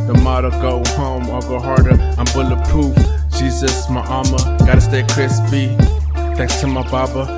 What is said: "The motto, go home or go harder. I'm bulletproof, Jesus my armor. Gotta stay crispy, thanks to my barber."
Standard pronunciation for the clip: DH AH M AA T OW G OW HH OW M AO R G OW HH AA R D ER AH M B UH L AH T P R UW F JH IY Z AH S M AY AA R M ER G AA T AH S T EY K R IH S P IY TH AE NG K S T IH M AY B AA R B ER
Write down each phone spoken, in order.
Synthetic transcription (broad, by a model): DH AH M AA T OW G OW HH OW M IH L G OW HH AA R D ER AH M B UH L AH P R UW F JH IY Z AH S M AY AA M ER G AA T AH S T EY K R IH S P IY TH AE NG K S T IH M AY B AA B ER